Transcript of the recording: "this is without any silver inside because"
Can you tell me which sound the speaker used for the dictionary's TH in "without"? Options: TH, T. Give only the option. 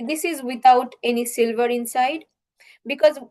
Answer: T